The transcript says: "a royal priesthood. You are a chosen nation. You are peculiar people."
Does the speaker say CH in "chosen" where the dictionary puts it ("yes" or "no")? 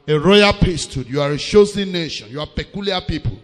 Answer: no